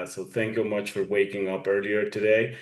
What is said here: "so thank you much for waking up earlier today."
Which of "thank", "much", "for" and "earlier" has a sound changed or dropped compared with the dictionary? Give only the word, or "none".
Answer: none